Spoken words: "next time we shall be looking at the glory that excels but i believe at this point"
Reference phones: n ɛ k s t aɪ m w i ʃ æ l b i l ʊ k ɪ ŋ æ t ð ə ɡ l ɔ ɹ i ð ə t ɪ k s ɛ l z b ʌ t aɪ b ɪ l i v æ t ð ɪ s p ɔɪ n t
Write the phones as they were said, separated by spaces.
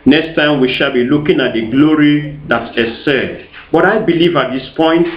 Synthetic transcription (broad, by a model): n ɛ k s t aɪ m w i ʃ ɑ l b i l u k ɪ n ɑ t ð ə ɡ l ɔ ɹ i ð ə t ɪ s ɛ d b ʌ t aɪ b ɪ l i v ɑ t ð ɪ s p ɔɪ n t